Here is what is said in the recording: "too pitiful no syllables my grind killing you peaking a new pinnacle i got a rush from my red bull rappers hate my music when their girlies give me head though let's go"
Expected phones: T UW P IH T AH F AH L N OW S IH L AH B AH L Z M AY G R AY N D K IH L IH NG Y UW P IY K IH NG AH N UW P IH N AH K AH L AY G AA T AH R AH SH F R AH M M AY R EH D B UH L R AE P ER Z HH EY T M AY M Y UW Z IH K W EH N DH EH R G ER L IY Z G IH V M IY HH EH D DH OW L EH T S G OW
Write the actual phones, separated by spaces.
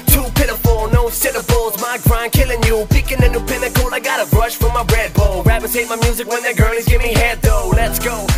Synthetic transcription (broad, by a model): T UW P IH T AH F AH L N OW S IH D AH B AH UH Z M AY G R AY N K IH L IH NG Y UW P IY K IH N AH N UW P IH N AH K AH L AY G AA T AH R AH SH F R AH M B R EH D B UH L R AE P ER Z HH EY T M AY M Y UW Z IH K W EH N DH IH G ER L IY Z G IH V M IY HH EH D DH OW L EH T S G OW